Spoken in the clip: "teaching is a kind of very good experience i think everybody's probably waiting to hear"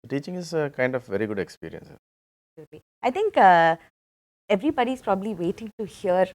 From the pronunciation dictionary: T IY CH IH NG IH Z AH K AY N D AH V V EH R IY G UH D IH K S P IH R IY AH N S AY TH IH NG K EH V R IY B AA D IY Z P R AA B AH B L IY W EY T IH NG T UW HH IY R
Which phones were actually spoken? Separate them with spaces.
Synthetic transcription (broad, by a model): T IY CH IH NG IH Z AH K AY N D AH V V EH R IY G UH D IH K S P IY R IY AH N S AY T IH NG K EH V R IY B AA D IY S P R AA B AH B L IY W EY T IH NG T UW HH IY R